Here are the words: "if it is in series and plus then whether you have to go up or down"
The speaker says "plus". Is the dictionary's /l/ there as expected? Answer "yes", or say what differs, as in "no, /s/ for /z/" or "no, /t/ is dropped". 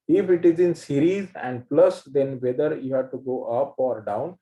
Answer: yes